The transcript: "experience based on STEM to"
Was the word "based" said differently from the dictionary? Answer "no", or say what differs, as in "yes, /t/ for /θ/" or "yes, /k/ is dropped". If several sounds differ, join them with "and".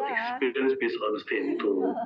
yes, /t/ is dropped